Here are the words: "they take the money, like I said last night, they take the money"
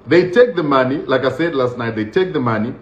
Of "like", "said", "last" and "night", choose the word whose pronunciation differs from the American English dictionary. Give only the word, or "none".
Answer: none